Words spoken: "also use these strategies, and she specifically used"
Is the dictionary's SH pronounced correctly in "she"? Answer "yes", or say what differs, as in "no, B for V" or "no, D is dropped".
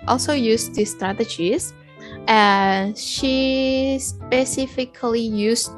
yes